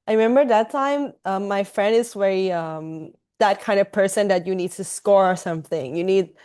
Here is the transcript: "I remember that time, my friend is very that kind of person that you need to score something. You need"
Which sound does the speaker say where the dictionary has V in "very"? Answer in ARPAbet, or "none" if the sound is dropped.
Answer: W